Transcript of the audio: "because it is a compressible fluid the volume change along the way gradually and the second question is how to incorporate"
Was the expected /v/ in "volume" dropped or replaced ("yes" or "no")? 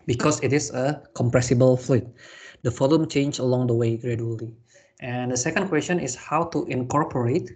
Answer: yes